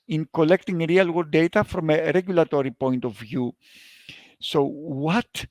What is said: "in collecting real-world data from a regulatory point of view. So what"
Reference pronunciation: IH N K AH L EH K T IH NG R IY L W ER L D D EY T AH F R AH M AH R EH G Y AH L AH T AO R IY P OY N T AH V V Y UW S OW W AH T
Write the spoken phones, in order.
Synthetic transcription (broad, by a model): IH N K AH L EH K T IH NG R IY L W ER D D EY T AH F R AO M AH R EH G Y AH L AH T AO R IY P OY N T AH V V Y UW S OW W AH T